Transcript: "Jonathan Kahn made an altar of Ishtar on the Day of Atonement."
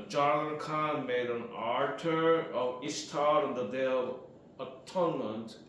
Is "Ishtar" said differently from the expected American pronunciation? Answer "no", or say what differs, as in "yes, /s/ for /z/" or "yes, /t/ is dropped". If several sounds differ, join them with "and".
yes, /s/ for /ʃ/